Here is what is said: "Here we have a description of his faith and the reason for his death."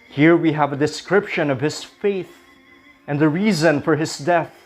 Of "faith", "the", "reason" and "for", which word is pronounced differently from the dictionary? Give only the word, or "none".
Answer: none